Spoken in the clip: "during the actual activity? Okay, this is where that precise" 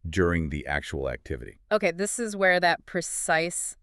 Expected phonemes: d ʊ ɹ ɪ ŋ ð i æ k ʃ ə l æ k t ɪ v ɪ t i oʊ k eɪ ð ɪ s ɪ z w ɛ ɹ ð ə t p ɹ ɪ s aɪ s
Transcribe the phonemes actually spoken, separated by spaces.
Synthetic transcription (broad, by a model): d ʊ ɹ ɪ ŋ ð i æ k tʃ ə l æ k t ɪ v ɪ t i oʊ k eɪ ð ɪ s ɪ z w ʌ ɹ ð ə t p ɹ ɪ s aɪ s